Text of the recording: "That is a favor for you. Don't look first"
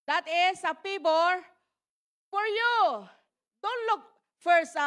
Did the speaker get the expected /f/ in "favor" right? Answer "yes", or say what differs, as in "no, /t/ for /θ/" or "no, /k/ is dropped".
no, /p/ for /f/